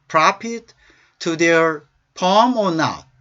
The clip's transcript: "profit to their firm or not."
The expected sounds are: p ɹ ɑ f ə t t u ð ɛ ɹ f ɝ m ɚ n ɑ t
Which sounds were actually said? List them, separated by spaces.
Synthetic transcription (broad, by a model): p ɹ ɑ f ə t t u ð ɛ ɹ p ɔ m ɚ n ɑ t